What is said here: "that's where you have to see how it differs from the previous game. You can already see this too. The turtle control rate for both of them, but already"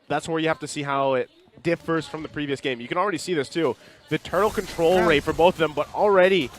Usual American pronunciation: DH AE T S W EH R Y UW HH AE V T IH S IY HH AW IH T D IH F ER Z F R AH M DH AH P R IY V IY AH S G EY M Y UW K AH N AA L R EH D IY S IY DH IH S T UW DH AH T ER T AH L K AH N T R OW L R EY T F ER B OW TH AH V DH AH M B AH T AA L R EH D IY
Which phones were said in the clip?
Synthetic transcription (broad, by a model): DH AE T S W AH R Y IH HH AE F T IH S IY HH AW IH T D IH F ER Z F R AH M DH AH P R IY V IY AH S G EY M Y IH K AH N L R EH D IY S IY DH IH S T UW DH AH T ER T L K AH N T R OW L R EY T F ER B OW TH AH V DH AH M B AH T L R EH D IY